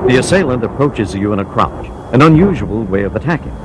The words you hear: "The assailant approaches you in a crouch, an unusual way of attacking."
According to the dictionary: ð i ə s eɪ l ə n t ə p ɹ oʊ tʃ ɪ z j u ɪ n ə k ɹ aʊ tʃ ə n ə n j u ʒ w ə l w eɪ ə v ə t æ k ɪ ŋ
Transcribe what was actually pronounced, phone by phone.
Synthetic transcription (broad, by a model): ð i ə s eɪ l ə n t ə p ɹ oʊ tʃ ɪ z j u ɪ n ə k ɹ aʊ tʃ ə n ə n j u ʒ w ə l w eɪ ə v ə t æ k ɪ ŋ